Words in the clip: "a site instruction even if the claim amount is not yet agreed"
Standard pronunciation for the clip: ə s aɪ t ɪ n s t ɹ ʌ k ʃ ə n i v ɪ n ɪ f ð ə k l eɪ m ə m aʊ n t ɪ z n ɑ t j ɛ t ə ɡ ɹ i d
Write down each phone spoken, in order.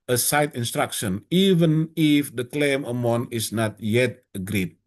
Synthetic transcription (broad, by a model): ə s aɪ t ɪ n s t ɹ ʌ k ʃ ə n i v ɪ n ɪ f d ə k l eɪ m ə m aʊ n ɪ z n ɑ t j ɛ t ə ɡ ɹ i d